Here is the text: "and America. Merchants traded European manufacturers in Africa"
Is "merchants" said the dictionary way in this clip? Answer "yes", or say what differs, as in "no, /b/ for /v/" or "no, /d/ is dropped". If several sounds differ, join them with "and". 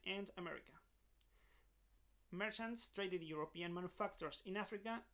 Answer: yes